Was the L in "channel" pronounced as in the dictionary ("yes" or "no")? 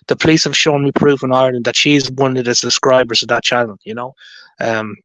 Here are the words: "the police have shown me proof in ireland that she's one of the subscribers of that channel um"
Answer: no